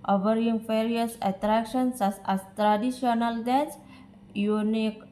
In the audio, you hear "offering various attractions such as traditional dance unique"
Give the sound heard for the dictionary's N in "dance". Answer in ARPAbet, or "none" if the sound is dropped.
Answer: none